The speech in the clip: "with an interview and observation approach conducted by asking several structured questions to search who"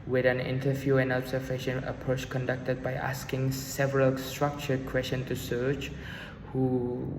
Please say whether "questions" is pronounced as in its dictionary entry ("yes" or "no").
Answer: no